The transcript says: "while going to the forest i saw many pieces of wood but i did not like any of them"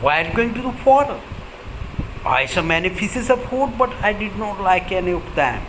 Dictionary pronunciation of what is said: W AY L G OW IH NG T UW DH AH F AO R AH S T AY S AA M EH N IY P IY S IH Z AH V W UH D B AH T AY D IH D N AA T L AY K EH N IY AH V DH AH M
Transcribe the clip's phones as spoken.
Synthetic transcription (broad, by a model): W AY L G OW IH NG T UW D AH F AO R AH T AY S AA M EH N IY F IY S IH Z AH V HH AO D B AH T AY D IH D N AA T L AY K EH N IY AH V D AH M